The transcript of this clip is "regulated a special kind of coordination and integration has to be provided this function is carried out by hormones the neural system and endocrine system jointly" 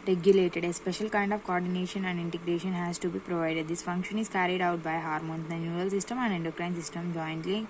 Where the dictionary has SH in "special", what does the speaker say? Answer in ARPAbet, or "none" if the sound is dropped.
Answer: SH